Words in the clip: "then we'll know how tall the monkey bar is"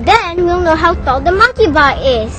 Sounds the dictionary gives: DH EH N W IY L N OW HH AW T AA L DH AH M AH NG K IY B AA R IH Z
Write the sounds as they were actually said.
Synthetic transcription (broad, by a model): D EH N W IY L N OW HH AW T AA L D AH M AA K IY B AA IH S